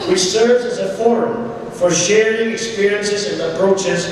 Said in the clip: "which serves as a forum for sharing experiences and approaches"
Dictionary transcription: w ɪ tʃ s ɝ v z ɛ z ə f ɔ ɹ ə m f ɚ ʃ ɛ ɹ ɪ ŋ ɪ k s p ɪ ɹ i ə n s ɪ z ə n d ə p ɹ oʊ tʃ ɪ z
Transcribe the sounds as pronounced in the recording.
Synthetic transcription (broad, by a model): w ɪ s ɝ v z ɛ z ə f ɔ ɹ ə m f ɚ ʃ ɛ ɹ ɪ ŋ ɪ k s p ɪ ɹ i ə n s ɪ z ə n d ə p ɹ oʊ tʃ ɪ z